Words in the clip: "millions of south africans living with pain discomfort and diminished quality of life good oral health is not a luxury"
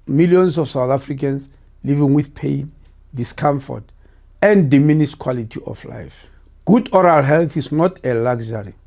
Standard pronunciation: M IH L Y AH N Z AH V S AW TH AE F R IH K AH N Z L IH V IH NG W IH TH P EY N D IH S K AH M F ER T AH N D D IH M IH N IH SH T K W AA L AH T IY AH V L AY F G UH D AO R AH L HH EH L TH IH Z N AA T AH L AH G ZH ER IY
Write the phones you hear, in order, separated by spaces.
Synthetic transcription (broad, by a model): M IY L Y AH N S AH F S AW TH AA F R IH K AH N S L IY V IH NG W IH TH P EY N D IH S K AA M F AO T AH N D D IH M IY N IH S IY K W AA L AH T IY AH F L AY F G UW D AO R AH L HH EH L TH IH S N AA T AH L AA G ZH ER IY